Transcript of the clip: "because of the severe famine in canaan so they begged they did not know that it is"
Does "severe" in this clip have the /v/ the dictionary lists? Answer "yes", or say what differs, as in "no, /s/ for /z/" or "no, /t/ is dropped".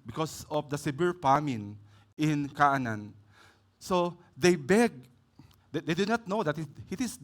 no, /b/ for /v/